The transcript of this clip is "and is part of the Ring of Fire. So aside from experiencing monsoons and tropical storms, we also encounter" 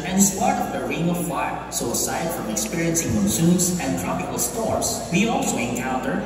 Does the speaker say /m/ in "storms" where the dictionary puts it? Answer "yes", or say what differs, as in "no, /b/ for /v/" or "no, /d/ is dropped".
no, /m/ is dropped